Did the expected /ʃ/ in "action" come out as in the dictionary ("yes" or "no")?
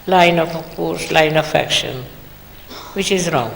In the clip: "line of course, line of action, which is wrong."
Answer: yes